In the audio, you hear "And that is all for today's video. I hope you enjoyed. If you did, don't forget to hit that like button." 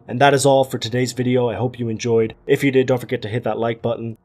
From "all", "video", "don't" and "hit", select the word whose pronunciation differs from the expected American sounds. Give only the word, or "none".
none